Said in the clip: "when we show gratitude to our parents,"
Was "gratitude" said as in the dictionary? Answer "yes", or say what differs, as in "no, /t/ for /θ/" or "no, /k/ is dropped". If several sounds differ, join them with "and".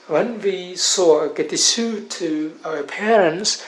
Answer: no, /ɹ/ is dropped and /s/ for /t/